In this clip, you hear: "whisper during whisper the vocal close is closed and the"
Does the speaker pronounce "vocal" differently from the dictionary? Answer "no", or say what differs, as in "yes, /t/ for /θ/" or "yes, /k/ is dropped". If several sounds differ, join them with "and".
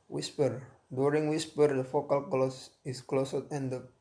yes, /f/ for /v/